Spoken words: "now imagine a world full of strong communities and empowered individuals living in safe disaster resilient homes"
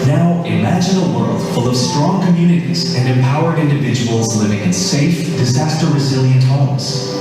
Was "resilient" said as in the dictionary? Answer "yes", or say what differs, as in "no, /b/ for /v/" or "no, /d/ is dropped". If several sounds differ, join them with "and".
yes